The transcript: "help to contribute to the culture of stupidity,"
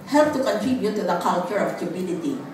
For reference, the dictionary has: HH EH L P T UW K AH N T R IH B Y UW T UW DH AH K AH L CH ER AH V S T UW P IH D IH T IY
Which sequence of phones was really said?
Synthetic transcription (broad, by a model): HH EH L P T UW K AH N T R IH B Y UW T UW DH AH K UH N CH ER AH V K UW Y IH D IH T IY